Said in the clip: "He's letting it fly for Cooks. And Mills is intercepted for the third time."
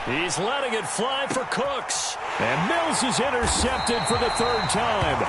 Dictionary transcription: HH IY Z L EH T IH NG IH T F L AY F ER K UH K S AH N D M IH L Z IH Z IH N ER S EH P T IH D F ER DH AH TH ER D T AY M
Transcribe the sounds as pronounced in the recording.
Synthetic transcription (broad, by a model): HH IY Z L EH T IH NG IH T F L AY F ER K UH K S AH N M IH L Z IH Z IH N ER S EH P T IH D F ER DH AH TH ER D T AY M